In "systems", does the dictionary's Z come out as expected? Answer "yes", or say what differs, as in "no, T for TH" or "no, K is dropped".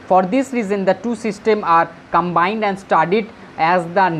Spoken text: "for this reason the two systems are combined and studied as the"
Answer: no, Z is dropped